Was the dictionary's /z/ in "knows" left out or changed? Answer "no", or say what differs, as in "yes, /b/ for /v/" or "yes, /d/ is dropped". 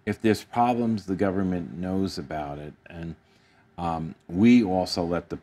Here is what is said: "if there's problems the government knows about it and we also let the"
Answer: no